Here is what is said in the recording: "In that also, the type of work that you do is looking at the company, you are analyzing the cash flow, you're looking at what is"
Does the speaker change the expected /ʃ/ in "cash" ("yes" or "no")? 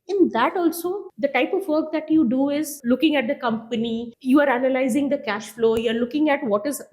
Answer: no